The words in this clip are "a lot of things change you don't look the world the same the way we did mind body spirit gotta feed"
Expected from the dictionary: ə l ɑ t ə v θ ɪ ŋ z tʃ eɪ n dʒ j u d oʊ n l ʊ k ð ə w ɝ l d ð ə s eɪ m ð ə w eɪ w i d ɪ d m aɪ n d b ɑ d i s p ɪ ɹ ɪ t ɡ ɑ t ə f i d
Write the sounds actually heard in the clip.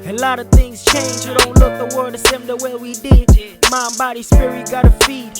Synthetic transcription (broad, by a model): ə l ɑ t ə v θ ɪ ŋ z tʃ eɪ n dʒ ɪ d oʊ n l ʊ k ð ə w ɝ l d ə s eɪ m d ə w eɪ w i d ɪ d m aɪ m b ɑ d i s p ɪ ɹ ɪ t ɡ ɑ t ə f i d